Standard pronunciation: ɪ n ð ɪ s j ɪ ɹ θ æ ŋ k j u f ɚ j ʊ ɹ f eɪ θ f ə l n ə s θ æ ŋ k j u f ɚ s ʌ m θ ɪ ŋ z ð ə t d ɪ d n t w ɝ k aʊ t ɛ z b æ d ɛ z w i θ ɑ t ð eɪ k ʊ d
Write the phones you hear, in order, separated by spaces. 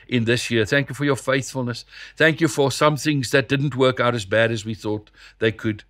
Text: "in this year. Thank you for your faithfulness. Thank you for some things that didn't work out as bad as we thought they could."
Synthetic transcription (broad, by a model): ɪ n ð ɪ s j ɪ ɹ θ æ ŋ k j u f ɚ j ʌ ɹ f eɪ θ f ə l n ə s θ æ ŋ k j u f ɚ s ʌ m θ ɪ ŋ z ð ə t d ɪ d n t w ɝ k aʊ t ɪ z b æ d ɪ z w i θ ɑ t ð eɪ k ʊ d